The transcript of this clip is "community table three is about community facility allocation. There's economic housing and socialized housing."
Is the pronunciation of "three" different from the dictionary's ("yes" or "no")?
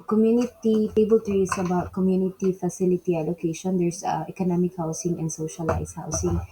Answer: yes